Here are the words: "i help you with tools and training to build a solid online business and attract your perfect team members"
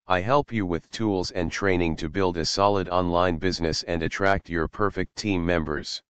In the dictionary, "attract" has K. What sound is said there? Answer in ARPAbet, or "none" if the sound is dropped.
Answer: K